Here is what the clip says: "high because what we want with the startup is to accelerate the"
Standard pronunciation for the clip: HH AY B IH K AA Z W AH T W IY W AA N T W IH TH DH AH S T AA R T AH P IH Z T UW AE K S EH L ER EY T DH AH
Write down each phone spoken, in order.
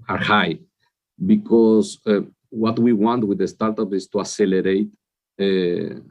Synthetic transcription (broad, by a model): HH AY B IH K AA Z W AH T W IY W AA N T W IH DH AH S T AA R T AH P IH S T UW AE S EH L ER EY T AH